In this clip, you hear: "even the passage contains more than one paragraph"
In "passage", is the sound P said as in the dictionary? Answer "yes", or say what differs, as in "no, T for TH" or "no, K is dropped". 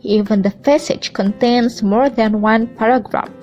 no, F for P